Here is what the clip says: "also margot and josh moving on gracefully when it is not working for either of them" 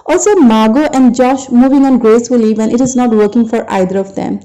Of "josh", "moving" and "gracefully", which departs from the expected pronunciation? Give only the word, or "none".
none